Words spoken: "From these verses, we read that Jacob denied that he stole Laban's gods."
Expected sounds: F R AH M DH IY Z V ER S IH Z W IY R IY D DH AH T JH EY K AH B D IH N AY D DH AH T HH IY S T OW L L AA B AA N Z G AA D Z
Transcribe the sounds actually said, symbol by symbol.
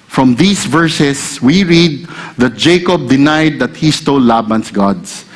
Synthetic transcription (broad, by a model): F R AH M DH IY S V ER S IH S W IY R IY D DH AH T JH EY K AH B D IH N AY D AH T HH IY S T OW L L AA B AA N S G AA D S